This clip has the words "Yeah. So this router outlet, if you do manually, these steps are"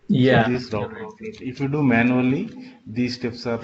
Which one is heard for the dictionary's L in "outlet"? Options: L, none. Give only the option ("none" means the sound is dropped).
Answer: none